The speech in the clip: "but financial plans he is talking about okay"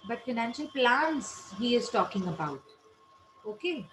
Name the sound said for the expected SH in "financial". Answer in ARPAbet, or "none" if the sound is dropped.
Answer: SH